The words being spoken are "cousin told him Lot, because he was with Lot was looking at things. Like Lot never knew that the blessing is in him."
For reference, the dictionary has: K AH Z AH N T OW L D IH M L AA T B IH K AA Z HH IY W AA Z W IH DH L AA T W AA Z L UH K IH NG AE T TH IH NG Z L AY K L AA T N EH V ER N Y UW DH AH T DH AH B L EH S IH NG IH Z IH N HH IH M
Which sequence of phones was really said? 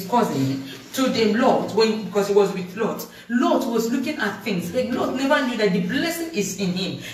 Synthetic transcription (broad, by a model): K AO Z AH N T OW D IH L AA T B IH K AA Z HH IY W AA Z W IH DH L AA T W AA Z L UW K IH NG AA T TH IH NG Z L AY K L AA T N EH V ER N Y UW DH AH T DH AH B L EH S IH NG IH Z IH N HH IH M